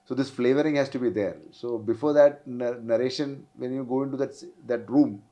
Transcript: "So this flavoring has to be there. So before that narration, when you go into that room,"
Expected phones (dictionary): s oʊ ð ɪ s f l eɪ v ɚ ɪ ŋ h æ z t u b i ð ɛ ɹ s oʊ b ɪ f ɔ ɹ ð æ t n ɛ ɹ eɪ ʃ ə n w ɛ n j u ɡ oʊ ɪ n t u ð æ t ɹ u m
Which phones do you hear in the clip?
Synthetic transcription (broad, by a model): s oʊ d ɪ s f l eɪ v ɚ ɪ ŋ h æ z t u b i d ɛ ɹ s oʊ b ɪ f ɔ ɹ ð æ t n ɛ ɹ eɪ ʃ ə n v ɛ n j u ɡ oʊ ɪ n t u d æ t ɹ u m